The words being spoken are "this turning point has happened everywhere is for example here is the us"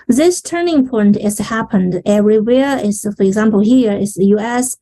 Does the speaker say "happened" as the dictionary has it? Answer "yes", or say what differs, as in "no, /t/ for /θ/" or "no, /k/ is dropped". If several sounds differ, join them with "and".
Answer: yes